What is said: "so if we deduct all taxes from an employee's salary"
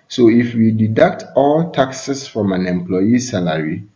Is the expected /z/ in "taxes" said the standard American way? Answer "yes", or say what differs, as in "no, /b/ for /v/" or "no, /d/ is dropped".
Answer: no, /s/ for /z/